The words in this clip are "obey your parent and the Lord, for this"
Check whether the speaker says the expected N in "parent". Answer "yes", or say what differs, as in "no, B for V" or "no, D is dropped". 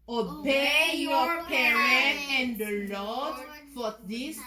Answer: no, N is dropped